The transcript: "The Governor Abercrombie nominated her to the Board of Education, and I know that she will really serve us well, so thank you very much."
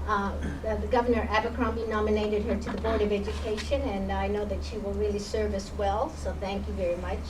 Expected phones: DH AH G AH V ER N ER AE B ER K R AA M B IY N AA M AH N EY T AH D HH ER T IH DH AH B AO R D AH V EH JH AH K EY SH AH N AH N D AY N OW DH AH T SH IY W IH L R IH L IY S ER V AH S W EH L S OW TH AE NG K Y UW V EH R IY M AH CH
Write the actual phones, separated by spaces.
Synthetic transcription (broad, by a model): DH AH G AH V ER N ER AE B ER K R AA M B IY N AA M AH N EY T AH D HH ER T IH DH AH B AO R D AH V EH JH AH K EY SH AH N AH N AY N OW DH AH T SH IY W IH L R IH L IY S ER V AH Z W EH L S OW TH AE NG K Y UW V EH R IY M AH CH